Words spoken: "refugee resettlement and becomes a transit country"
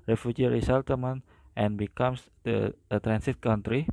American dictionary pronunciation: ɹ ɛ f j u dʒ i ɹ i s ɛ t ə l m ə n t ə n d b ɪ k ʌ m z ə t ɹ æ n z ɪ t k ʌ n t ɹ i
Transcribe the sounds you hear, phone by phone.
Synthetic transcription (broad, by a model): ɹ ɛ f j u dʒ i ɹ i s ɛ t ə m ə n t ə n b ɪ k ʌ m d ə t ɹ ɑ n s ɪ t k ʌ n t ɹ i